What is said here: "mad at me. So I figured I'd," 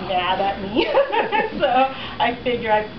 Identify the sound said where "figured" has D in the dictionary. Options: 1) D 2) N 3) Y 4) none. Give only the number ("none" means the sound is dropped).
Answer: 4